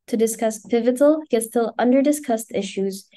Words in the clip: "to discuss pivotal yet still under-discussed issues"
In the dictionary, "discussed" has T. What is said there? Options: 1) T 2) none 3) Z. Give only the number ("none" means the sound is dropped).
1